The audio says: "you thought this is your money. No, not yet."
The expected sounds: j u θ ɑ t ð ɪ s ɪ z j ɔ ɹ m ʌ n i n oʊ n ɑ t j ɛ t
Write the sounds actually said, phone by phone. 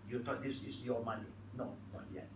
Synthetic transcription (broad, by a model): j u t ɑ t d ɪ s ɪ s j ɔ m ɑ n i n oʊ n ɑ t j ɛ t